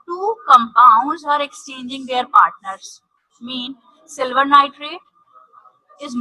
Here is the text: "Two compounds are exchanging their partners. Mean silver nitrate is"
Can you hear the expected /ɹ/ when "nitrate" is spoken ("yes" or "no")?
yes